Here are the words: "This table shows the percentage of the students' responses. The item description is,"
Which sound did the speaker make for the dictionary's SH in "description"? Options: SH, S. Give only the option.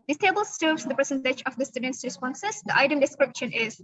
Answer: SH